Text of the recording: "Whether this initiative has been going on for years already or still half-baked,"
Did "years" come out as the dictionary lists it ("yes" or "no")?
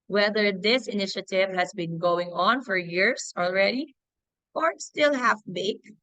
no